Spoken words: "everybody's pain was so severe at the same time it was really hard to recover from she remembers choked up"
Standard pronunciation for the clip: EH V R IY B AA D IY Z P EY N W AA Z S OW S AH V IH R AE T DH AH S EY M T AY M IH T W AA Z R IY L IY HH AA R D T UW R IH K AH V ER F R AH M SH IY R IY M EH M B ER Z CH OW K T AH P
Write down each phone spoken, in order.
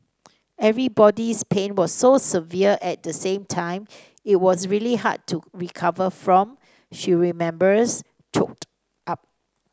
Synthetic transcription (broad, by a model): EH V R IY B AA D IY S P EY N W AA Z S OW S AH V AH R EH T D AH S EY M T AY M IH T W AA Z R IY L IY HH AA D T UW R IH K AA V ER F R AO M SH IY R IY M EH M B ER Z CH OW K T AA P